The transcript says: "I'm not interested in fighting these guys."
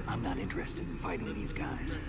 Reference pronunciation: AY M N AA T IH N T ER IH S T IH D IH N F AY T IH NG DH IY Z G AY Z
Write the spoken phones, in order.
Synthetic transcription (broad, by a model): AY M N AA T IH N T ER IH S T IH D IH N F AY T IH NG DH IY Z G AY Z